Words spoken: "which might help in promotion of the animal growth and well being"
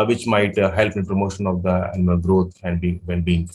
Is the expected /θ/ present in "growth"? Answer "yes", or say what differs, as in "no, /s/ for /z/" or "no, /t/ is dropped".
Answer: no, /t/ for /θ/